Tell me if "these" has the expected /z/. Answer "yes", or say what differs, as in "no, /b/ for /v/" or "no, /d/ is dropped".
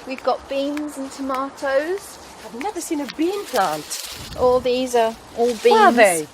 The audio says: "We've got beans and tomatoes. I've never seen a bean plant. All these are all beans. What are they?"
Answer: yes